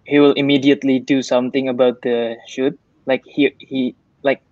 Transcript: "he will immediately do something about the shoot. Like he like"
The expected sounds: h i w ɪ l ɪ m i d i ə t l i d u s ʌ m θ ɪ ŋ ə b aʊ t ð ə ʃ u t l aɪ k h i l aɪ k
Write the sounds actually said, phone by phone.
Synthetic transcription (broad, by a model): h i w ɪ l ɪ m i d i ə t l i d u s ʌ m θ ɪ ŋ ə b aʊ t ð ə ʃ u t l aɪ k h i l aɪ k